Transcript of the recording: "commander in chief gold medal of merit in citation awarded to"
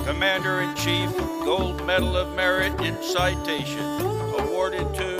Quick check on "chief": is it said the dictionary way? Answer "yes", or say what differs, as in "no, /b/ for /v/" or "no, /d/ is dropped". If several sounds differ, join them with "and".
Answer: yes